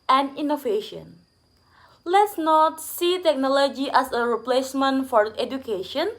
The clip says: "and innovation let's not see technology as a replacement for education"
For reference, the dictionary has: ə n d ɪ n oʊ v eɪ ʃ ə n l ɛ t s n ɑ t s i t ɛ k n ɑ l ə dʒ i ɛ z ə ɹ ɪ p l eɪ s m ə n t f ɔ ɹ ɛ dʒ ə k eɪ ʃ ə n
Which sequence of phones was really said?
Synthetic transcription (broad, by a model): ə n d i n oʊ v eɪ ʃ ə n l ɛ t s n ɑ t s i t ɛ k n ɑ l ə dʒ i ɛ s ə ɹ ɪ p l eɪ s m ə n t f ɔ ɹ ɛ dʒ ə k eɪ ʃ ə n